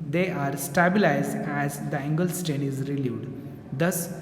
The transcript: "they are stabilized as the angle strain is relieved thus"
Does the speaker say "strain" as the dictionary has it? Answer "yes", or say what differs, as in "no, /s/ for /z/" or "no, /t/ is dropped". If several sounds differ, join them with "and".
no, /ɹ/ is dropped